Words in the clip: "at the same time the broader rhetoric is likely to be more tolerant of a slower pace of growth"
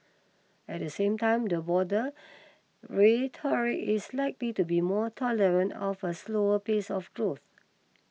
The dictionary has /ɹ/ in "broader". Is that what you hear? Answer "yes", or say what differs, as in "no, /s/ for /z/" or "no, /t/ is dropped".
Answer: no, /ɹ/ is dropped